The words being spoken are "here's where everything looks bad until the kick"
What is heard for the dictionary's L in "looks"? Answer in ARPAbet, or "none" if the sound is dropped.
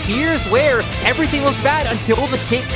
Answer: W